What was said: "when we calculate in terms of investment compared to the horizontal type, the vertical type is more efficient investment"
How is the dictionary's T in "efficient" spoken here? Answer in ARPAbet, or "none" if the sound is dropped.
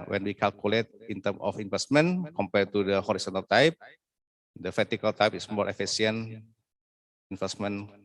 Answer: none